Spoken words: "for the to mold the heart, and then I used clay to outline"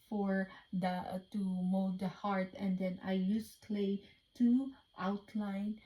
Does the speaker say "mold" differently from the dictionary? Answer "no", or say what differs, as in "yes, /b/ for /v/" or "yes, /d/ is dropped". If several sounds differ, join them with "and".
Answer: yes, /l/ is dropped